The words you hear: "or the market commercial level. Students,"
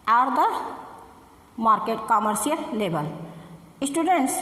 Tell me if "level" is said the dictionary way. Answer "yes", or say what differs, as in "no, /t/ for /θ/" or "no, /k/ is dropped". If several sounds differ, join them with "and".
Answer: no, /b/ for /v/